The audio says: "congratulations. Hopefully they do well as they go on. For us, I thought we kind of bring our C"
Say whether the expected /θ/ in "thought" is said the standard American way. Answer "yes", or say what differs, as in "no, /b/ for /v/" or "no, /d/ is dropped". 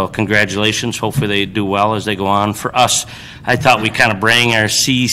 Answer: yes